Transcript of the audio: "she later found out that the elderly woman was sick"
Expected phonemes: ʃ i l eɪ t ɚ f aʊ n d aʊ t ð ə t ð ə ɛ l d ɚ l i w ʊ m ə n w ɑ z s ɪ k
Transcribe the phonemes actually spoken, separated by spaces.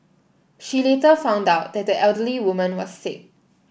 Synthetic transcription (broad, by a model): ʃ i l eɪ t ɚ f aʊ n d aʊ t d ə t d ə ɛ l d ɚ l i w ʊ m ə n w ɑ s ɪ k